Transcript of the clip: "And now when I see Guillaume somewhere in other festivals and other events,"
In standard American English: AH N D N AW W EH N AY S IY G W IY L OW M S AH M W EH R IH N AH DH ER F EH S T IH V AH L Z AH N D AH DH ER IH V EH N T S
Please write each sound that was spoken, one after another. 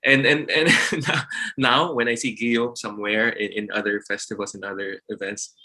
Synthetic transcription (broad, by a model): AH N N N AW W EH N AY S IY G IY OW S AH M W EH R IH N AH DH ER F EH S T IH V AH L S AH N AH DH ER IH V EH N T S